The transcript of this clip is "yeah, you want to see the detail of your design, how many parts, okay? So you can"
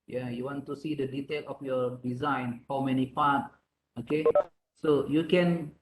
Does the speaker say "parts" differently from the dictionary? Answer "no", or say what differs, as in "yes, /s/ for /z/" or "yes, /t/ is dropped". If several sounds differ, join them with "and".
yes, /s/ is dropped